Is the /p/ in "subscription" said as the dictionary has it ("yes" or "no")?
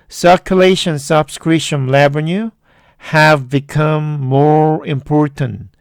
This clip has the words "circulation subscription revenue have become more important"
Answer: no